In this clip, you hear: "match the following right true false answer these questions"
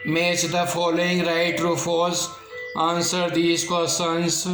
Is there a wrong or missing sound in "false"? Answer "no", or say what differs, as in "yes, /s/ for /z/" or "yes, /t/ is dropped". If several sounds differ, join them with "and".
yes, /l/ is dropped